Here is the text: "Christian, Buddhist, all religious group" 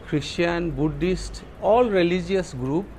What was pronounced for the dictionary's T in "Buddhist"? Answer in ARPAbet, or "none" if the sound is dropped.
T